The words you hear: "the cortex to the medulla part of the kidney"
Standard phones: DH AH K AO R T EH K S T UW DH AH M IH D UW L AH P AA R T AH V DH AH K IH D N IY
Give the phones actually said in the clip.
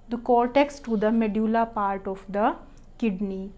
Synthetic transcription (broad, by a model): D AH K AO R T EH K S T UW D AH M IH D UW L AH P AA R T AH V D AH K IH D N IY